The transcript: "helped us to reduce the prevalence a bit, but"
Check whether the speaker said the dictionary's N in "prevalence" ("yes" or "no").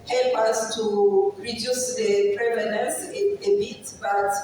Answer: no